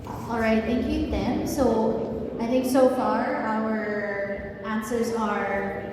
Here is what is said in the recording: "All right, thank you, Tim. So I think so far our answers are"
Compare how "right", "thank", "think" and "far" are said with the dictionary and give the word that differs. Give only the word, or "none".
thank